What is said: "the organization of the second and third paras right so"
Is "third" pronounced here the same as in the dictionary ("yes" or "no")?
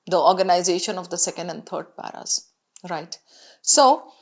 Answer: no